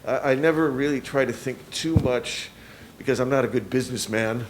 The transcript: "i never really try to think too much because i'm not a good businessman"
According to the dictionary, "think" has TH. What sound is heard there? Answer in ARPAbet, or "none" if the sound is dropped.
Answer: TH